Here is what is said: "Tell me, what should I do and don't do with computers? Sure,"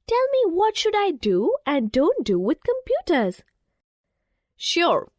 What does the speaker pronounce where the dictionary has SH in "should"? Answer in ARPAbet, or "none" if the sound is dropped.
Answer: SH